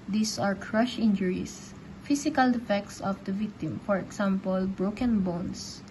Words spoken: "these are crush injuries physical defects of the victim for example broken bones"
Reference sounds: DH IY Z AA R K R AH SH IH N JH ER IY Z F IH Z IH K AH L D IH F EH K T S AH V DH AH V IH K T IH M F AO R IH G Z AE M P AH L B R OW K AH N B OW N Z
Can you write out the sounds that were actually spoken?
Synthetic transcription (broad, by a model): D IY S AA R K R AH SH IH N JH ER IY S F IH S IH K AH L D IH F EH K T S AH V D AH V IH K T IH M F AO R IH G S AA M P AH L B R OW K AH N B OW N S